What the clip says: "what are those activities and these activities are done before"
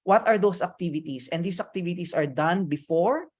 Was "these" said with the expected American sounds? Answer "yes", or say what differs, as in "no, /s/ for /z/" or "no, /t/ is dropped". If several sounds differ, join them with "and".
no, /s/ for /z/